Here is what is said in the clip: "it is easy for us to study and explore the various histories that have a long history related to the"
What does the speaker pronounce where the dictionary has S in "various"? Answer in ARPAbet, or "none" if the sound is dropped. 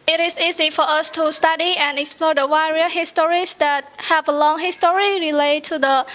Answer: none